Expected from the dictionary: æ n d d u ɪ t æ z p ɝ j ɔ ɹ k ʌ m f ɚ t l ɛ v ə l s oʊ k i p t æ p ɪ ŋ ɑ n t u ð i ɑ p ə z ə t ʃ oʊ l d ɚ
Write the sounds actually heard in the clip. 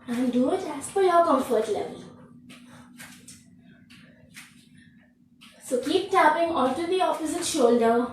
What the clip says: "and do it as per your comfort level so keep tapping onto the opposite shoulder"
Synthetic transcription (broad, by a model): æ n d d u ɪ t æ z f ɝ j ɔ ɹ k ʌ m f ɚ t l ɛ v ə l s oʊ k i p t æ p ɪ ŋ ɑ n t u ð i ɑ f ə s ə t ʃ oʊ l d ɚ